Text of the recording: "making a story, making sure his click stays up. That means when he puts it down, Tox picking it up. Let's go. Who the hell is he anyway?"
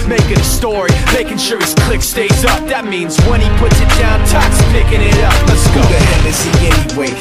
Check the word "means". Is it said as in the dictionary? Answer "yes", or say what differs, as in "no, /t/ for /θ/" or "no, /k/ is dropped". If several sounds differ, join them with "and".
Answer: yes